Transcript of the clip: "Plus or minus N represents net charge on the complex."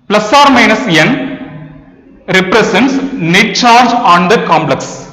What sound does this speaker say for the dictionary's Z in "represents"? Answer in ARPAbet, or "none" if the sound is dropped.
S